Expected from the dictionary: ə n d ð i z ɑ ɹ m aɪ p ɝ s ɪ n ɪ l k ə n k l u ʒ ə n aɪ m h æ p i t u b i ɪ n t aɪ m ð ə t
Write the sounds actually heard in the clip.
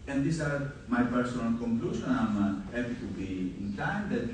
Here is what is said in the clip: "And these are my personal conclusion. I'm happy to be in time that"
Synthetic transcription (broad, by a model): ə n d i s ɑ ɹ m aɪ p ɝ s ɪ n ɪ l k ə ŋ k l u ʃ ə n aɪ m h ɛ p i t u b i ɪ n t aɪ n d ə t